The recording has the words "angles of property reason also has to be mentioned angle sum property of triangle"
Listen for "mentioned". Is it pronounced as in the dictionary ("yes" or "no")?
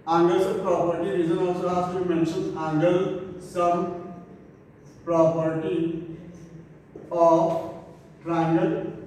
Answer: no